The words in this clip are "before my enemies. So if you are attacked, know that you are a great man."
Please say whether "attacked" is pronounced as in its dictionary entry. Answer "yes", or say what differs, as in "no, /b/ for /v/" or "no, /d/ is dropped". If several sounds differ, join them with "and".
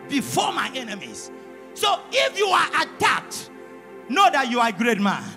no, /k/ is dropped